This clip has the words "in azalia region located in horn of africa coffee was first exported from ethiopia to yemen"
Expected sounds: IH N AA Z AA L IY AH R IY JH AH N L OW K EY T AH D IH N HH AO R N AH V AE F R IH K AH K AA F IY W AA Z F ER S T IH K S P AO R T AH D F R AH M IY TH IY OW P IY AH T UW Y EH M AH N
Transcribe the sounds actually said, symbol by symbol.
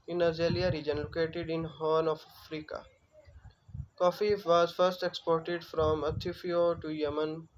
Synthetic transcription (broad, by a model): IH N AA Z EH L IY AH R IY JH AH N L OW K EY T AH D IH N HH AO N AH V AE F R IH K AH K AA F IY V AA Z F ER S T IH K S P AO R T AH D F R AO M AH T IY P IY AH T UW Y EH M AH N